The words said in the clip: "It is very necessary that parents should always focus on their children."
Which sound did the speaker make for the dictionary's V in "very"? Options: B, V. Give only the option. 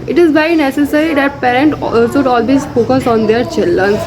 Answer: B